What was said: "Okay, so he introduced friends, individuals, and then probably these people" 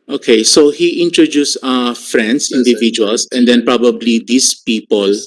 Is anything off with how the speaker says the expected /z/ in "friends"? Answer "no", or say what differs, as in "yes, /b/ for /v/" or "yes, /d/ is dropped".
yes, /s/ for /z/